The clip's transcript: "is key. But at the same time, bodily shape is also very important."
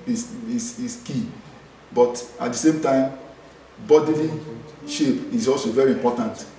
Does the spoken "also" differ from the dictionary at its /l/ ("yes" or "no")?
no